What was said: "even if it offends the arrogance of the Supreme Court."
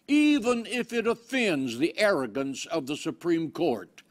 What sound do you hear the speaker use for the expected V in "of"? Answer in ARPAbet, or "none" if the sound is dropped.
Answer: V